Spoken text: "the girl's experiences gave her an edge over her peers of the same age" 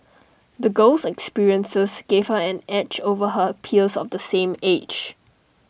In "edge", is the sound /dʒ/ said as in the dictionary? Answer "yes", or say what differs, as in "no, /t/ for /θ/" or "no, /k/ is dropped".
no, /tʃ/ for /dʒ/